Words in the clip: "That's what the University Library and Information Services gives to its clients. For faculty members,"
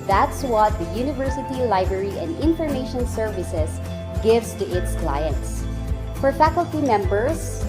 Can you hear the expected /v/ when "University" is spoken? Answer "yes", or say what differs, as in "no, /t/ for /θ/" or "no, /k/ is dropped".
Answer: yes